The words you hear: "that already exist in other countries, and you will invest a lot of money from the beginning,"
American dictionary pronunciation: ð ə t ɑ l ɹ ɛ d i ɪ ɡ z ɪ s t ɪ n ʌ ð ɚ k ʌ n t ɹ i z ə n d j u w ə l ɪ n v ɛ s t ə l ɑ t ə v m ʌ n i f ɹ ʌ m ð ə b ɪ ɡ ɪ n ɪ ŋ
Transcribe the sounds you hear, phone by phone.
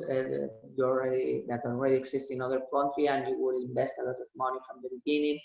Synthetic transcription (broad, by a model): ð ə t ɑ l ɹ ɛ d i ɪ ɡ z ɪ s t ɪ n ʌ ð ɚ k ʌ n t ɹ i ə n d j u w ə l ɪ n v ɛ s t ə l ɑ t ə v m ʌ n i f ɹ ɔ m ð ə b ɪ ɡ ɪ n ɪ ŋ